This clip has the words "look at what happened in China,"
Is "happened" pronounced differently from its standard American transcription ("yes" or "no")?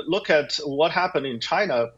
no